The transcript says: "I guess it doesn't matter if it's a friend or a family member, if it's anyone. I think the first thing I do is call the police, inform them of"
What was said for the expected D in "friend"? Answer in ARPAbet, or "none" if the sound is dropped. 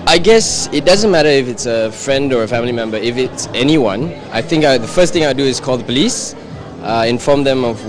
D